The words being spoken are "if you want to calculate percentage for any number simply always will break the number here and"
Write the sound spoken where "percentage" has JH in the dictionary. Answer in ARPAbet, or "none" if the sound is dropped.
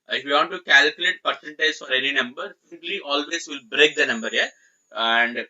Z